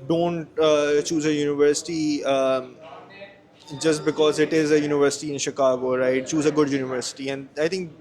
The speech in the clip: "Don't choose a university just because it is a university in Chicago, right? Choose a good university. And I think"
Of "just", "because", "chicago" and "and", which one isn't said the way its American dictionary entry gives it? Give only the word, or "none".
none